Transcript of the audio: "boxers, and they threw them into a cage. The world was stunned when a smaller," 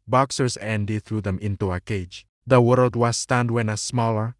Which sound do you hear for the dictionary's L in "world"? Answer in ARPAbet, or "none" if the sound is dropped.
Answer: L